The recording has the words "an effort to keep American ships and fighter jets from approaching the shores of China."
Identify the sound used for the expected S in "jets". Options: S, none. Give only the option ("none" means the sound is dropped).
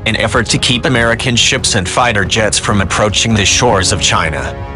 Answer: S